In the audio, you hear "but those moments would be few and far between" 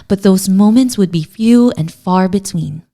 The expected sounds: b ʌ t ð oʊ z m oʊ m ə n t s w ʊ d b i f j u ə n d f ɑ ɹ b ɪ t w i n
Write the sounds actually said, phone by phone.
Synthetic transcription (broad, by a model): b ʌ t ð oʊ z m oʊ m ə n t s w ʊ d b i f j u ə n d f ɑ ɹ b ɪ t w i n